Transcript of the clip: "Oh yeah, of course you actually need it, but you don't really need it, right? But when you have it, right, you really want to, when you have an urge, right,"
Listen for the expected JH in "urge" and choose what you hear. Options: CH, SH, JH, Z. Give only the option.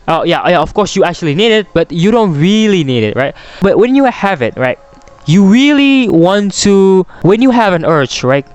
CH